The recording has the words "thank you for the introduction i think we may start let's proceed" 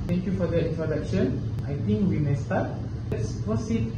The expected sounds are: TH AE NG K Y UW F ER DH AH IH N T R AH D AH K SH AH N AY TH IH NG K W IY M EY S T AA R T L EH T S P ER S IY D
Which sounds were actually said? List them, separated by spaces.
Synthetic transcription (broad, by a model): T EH NG K Y UW F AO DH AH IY N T R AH D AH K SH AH N AY T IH NG K W IY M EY S T AA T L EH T S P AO S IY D